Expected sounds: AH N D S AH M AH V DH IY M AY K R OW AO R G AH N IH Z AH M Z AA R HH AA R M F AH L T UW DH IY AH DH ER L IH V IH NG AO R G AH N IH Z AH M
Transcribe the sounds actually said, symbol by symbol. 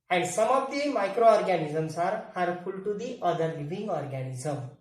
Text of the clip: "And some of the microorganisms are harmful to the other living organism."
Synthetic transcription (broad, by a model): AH N D S AH M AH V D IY M AY K R OW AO R G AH N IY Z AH M S AA R HH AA R F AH L T UW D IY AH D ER L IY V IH NG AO R G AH N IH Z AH M